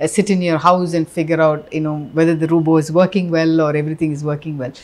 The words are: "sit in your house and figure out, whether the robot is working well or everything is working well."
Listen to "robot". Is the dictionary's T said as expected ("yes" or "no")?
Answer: no